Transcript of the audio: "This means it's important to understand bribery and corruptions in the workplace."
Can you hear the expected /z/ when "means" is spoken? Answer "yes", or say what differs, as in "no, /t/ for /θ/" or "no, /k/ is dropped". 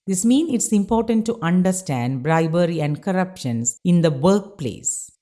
no, /z/ is dropped